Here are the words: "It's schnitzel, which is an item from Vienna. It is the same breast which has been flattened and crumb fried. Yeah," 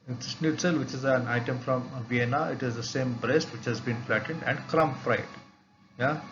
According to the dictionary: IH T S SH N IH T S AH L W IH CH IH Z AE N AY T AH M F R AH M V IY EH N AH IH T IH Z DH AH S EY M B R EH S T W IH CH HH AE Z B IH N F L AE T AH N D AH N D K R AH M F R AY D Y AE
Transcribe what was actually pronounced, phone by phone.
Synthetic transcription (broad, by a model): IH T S S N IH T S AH L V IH CH IH Z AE N AY T AH M F R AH M V IY EH N AH IH T IH Z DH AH S EY M B R EH S T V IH CH HH AE Z B IH N F L AE T AH N D AH N D K R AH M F R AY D Y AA